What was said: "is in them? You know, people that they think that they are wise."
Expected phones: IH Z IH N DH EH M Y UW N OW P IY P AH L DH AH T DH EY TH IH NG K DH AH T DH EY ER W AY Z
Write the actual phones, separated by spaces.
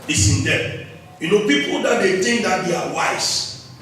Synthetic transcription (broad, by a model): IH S IH N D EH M Y UW N OW P IY P AH L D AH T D EY T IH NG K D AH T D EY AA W AY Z